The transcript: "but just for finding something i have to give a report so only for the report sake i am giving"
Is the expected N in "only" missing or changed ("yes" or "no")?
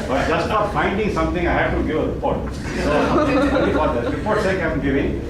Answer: yes